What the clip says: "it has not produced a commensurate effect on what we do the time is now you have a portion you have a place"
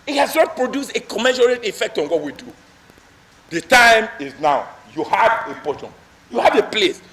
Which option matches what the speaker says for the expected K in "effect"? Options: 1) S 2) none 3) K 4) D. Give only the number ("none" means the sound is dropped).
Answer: 3